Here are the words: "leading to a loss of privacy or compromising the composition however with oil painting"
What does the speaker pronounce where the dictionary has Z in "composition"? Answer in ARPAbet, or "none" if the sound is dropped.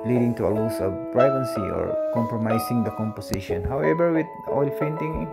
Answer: S